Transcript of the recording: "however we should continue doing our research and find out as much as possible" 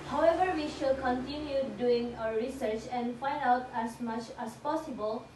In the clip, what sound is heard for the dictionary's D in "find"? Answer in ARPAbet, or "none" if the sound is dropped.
D